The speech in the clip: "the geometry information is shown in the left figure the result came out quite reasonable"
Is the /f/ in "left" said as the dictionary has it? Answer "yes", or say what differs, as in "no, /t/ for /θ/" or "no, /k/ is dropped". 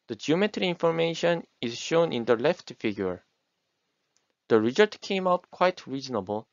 yes